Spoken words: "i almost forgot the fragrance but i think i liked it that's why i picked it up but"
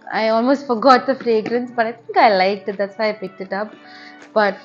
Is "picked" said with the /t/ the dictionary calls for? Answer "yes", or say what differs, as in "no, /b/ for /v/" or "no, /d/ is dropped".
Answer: yes